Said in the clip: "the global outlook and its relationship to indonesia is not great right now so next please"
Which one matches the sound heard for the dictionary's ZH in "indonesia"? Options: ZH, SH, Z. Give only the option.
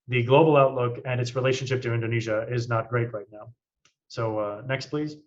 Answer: ZH